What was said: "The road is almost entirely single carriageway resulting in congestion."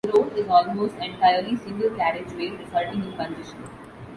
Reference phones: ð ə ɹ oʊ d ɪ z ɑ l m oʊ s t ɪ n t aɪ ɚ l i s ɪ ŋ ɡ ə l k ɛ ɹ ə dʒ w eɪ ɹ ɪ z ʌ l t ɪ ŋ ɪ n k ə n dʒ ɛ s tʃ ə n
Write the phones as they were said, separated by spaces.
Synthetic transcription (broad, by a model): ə ɹ oʊ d ɪ z ɑ l m oʊ s t ɪ n t aɪ ɚ l i s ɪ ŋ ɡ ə l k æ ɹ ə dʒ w eɪ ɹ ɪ s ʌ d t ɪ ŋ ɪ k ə n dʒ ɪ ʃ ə n